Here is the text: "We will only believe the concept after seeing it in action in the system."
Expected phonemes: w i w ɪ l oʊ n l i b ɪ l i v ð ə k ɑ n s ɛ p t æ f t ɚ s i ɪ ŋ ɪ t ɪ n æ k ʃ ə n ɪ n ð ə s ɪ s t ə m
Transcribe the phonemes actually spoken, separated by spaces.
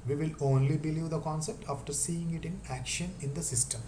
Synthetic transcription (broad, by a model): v i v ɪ l oʊ n l i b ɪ l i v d ə k ɑ n s ɛ p t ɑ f t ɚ s i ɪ ŋ ɪ t ɪ n æ k ʃ ə n ɪ n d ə s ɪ s t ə m